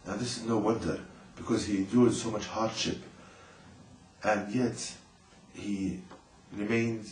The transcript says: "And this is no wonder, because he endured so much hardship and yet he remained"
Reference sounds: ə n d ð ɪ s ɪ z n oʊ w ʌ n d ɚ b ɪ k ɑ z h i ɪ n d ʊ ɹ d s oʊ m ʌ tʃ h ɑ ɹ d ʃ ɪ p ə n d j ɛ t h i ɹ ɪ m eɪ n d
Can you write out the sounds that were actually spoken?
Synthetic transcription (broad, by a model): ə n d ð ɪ s ɪ z n oʊ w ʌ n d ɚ b ɪ k ɑ z h i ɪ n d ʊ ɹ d s oʊ m ʌ tʃ h ɑ ɹ d ʃ ɪ p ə n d j ɛ t h i ɹ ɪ m eɪ n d